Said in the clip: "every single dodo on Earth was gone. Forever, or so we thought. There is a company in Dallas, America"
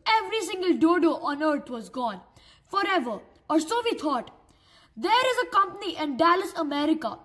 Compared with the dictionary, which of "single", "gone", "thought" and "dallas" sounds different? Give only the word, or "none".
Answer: thought